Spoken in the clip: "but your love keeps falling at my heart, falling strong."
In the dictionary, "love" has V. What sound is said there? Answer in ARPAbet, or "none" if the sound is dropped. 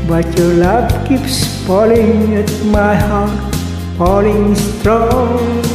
P